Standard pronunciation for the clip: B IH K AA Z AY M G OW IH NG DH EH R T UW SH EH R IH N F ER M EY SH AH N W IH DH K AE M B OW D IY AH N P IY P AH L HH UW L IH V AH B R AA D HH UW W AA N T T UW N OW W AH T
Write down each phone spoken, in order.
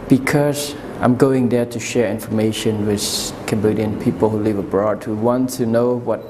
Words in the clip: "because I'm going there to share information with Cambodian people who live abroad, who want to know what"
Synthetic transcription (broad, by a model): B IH K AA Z AY M G OW IH NG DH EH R T UW SH EH R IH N F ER M EY SH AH N W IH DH K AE M B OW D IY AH N P IY P AH L HH UW L IH V AH B R AA D HH UW W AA N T T UW N OW W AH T